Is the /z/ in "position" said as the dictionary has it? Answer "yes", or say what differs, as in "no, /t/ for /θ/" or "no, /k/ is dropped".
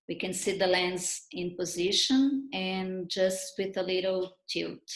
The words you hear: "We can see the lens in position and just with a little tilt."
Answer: yes